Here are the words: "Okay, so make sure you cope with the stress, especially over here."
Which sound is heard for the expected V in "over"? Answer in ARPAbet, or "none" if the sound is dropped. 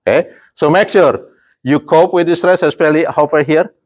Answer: F